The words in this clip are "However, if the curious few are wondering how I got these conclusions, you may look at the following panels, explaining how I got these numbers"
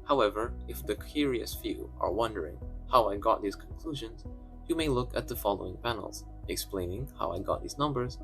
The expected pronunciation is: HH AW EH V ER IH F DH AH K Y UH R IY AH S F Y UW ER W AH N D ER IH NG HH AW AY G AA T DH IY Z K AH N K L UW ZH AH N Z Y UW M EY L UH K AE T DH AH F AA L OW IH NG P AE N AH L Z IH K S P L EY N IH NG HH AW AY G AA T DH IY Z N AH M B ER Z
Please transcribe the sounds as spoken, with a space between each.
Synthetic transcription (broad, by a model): HH AW EH V ER IH F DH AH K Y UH R IY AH S F Y UW ER W AH N D ER IH NG HH AW AY G AA T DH IY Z K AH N K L UW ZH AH N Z Y UW M EY L UH K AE T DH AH F AA L OW IH NG P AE N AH L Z IH K S P L EY N IH NG HH AW AY G AA T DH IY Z N AH M B ER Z